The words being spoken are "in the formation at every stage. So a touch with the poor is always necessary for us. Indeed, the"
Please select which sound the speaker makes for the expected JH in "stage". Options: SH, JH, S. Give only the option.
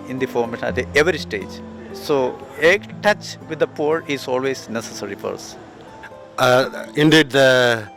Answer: JH